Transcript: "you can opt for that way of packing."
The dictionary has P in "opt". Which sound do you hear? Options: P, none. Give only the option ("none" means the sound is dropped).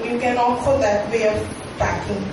none